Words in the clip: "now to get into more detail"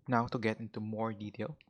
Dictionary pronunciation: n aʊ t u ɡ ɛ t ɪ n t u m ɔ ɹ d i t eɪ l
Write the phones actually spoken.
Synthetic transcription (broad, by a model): n aʊ t u ɡ ɛ t ɪ n t u m ɔ ɹ d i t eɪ l